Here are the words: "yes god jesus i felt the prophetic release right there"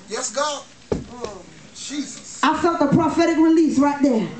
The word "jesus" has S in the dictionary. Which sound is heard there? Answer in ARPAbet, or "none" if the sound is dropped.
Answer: none